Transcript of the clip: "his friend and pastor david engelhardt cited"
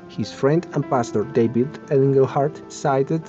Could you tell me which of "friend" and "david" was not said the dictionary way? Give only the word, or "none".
david